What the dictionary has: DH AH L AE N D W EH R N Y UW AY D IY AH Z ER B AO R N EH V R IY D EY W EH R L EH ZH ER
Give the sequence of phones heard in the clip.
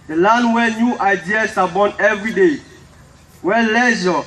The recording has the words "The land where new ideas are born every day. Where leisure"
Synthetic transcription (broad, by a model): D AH L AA N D W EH N Y UW AY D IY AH S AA B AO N EH V R IY D EY W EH L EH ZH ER